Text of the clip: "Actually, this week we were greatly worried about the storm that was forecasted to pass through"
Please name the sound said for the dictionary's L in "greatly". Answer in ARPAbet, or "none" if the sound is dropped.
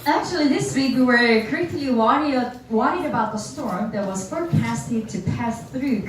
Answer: W